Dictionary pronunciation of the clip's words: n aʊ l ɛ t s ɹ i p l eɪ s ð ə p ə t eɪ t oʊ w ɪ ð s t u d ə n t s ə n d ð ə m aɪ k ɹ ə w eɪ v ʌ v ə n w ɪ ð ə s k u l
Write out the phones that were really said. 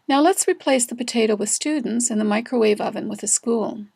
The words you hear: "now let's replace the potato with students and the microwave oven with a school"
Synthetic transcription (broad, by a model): n aʊ l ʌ t s ɹ i p l eɪ s ð ə p ə t eɪ t oʊ w ɪ ð s t u d n t s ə n ð ə m aɪ k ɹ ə w eɪ v ʌ v ə n w ɪ ð ə s k u l